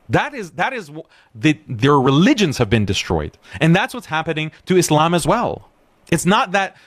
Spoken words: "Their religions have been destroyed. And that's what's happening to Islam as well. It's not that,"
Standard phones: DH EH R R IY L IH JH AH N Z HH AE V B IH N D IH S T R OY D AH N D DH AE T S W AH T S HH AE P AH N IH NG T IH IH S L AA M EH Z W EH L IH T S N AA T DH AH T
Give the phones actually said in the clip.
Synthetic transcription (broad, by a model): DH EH R R IY L IH JH AH N Z HH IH V B IH N D IH S T R OY D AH N DH AE T S W AH T S HH AE P AH N IH NG T IH IH S L AA M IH Z W EH L IH T S N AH T DH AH T